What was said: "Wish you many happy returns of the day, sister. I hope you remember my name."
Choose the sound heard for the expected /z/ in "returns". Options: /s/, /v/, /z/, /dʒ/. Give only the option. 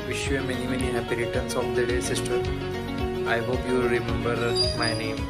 /s/